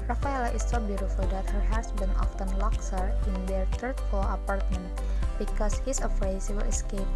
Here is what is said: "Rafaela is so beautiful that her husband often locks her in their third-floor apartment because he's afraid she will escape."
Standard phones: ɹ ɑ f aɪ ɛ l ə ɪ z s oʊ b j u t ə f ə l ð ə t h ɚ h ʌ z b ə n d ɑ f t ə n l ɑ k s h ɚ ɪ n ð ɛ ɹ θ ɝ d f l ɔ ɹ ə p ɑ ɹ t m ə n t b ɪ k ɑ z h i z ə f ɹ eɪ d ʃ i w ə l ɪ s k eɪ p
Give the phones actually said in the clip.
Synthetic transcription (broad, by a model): ɹ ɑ f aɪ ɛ l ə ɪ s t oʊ b j u t ə f ə l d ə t h ɚ h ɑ s b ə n ɑ f t ə n l ɑ k s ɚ ɪ n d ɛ ɹ t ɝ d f ɔ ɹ ə p ɑ ɹ t m ə n t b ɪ k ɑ s h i s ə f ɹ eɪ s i w ə l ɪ s k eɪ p